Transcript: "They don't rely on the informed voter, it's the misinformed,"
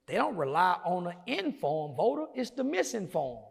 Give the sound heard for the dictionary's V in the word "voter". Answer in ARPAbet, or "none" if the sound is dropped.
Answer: V